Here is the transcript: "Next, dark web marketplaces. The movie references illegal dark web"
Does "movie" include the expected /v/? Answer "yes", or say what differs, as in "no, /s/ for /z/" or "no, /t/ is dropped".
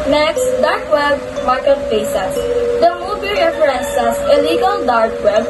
no, /b/ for /v/